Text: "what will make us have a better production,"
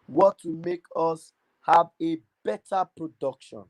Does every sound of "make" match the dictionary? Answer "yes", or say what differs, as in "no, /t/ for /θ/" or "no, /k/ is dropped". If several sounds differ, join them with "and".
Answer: yes